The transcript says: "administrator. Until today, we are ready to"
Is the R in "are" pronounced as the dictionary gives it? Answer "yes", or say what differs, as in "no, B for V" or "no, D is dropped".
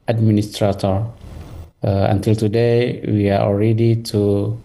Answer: no, L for R